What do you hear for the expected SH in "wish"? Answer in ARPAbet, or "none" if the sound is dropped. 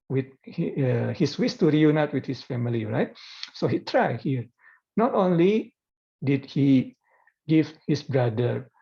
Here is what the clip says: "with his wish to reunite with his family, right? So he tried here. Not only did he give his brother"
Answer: S